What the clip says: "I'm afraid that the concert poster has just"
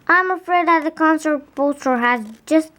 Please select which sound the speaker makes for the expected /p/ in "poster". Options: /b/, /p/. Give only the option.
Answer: /b/